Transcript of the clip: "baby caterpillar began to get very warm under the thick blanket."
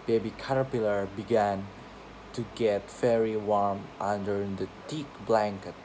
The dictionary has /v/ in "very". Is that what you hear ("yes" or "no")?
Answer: no